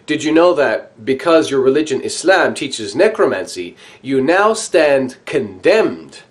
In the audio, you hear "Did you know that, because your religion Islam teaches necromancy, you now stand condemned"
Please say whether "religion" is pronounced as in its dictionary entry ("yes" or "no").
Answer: yes